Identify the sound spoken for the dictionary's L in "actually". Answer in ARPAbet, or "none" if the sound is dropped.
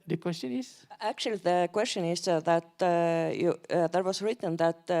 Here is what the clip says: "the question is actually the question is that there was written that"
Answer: L